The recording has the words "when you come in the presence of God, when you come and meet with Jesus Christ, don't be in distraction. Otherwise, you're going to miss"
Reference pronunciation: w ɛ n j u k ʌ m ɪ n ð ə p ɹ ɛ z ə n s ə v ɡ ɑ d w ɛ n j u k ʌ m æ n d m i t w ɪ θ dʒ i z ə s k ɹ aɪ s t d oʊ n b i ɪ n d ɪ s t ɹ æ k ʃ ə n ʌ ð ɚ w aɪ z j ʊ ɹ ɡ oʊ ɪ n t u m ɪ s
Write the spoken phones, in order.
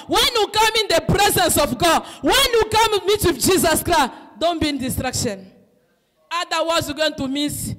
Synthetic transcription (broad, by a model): w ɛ n j u k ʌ m ɪ n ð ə p ɹ ɛ z ə n s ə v ɡ ɑ d w ɛ n j u k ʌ m m i t w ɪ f dʒ i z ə s k ɹ aɪ s d oʊ n b i n d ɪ s t ɹ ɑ k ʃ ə n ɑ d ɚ w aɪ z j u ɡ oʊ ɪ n t u m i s